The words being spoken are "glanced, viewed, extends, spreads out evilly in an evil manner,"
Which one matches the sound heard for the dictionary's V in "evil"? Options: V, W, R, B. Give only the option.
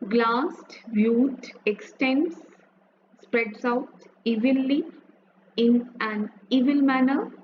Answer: V